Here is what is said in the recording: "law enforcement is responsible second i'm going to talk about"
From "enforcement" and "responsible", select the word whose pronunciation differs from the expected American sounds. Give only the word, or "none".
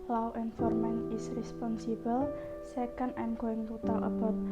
enforcement